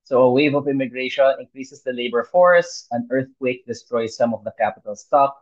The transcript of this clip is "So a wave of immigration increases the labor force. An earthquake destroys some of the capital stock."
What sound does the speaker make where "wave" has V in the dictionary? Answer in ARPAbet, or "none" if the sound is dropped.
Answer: V